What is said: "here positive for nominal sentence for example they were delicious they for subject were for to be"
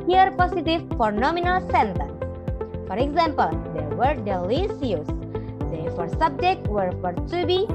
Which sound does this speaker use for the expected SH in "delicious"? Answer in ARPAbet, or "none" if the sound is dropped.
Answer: S